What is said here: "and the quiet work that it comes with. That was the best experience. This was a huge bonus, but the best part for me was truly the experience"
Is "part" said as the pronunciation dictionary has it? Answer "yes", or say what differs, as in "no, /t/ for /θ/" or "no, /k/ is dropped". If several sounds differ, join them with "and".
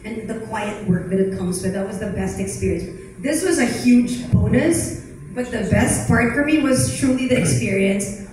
no, /f/ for /p/